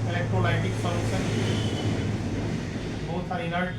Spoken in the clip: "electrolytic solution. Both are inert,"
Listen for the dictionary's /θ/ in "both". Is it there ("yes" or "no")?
no